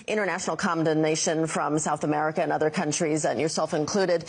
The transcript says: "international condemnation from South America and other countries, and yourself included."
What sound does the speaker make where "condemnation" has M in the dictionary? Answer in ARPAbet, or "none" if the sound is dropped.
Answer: none